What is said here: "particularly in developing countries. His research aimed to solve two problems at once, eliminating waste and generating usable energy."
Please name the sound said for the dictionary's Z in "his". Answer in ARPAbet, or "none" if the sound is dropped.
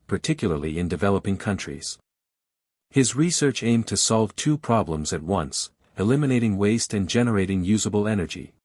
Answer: Z